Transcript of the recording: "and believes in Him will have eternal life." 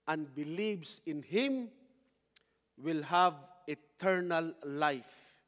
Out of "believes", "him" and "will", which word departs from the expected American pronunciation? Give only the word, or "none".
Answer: believes